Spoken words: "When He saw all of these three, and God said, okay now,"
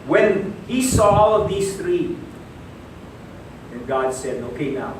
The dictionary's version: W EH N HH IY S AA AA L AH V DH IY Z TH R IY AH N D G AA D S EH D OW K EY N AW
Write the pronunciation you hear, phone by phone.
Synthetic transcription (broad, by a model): W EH N HH IY S AA AA L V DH IY S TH R IY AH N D G AA D S EH D OW K EY N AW